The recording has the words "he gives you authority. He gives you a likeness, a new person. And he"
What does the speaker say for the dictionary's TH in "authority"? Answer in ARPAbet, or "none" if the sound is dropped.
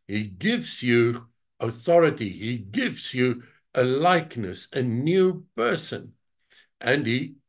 TH